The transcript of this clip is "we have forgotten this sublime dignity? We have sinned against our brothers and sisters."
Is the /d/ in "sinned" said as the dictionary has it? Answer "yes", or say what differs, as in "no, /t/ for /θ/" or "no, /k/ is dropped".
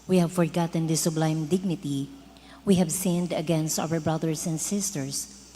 yes